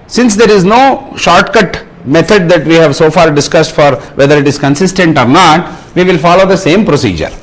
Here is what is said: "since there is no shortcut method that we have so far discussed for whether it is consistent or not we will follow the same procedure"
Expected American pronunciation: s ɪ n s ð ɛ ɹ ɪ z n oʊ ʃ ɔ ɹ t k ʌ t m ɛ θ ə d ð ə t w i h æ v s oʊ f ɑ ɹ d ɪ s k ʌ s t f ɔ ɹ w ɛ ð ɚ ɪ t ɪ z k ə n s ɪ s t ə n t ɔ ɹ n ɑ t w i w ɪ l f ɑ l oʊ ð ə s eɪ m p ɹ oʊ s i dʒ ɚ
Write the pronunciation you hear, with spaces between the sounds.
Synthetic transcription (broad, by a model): s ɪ n s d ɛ ɹ ɪ z n oʊ ʃ ɔ ɹ t k ʌ t m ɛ t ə d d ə t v i h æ v s oʊ f ɑ ɹ d ɪ s k ʌ s t f ɔ ɹ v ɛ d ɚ ɪ t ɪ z k ə n s ɪ s t ə n t ɔ ɹ n ɑ t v i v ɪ l f ɑ l oʊ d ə s eɪ m p ɹ oʊ s i dʒ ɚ